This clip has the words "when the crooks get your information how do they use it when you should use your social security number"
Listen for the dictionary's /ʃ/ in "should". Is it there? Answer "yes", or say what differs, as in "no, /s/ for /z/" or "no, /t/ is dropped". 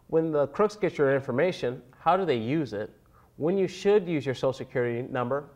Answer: yes